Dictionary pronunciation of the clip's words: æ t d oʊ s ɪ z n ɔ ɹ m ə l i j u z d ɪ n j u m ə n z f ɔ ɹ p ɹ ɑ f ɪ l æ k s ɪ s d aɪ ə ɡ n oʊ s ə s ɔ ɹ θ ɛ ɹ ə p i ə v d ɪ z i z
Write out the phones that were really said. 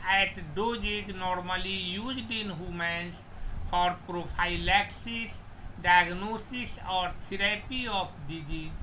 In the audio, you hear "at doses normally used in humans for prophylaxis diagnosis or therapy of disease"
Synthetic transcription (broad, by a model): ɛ t d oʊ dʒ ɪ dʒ n ɔ ɹ m ə l i j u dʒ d ɪ n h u m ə n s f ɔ ɹ p ɹ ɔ p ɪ l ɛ k s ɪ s d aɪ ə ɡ n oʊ s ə s ɔ ɹ t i ɹ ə p i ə p d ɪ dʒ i